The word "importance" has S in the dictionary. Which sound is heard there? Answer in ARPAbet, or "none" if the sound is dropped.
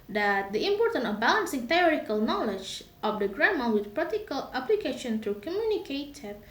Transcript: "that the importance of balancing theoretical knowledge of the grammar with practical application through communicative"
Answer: none